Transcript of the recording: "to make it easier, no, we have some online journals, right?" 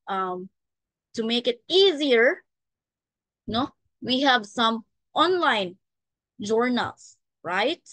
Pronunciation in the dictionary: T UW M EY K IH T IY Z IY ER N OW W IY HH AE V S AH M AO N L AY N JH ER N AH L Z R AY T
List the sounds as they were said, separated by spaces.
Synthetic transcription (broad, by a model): T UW M EY K IH T IY Z IY ER N OW W IY HH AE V S AH M AO N L AY N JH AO N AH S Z R AY T